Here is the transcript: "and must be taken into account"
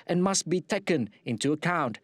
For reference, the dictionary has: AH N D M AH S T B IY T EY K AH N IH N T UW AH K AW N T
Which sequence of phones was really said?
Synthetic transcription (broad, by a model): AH N M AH S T B IY T EY K AH N IH N T UW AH K AW N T